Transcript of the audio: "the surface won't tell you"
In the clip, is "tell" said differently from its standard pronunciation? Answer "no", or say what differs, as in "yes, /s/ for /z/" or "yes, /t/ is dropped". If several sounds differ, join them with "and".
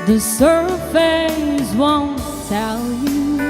yes, /s/ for /t/